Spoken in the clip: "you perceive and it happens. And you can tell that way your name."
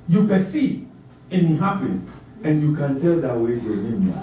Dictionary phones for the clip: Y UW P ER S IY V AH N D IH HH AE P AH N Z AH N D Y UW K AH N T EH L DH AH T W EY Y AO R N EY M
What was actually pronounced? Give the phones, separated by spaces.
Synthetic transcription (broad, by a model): Y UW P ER S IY AH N IH HH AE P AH N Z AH N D Y UW K AH N T EH L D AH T W EY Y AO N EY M